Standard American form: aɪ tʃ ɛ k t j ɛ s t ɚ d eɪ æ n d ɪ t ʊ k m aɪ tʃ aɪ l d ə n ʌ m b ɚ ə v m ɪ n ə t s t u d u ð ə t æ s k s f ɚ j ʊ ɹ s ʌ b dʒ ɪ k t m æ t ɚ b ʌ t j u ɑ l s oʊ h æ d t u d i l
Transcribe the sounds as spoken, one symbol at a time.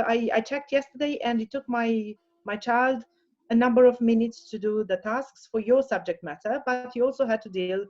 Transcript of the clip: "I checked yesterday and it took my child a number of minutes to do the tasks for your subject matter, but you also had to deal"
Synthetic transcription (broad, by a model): aɪ tʃ ɛ k t j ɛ s t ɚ d eɪ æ n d ɪ t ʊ k m aɪ tʃ aɪ l d ə n ʌ m b ɚ ə v m ɪ n ə t s t u d u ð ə t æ s k s f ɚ j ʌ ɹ s ʌ b dʒ ɪ k t m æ t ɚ b ʌ t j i ɑ l s oʊ h æ d t u d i l